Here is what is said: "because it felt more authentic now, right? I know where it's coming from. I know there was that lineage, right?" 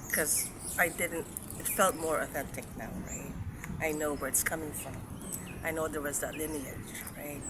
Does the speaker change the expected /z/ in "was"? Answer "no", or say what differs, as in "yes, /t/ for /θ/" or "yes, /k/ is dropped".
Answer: no